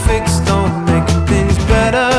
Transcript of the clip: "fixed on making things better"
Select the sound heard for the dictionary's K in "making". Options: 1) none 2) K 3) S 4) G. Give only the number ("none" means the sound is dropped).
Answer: 1